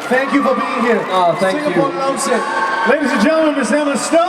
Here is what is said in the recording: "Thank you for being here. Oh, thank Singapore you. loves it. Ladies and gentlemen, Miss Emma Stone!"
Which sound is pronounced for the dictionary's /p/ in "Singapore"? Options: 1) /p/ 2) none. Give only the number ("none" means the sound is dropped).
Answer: 2